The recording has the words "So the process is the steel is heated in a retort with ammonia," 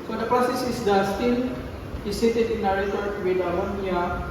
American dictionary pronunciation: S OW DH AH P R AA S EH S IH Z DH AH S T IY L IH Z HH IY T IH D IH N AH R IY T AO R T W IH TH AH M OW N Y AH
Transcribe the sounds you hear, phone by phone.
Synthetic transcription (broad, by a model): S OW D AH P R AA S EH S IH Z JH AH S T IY N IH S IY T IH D IH N AH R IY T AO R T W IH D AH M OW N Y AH